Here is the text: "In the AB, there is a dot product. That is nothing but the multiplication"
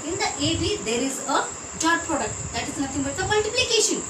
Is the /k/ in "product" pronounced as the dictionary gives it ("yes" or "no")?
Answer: yes